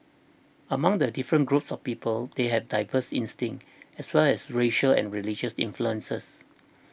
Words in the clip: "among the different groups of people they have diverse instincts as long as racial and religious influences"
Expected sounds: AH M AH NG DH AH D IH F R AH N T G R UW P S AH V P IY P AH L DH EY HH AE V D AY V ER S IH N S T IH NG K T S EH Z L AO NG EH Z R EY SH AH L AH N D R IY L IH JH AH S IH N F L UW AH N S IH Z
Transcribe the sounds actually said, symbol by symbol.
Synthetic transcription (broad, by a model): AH M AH NG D AH D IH F R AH N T G R UW P S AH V P IY P AH L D EY HH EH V D AY V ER S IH N S T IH NG T EH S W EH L EH S R EY SH AH L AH N R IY L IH JH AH S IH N F L UW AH N S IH S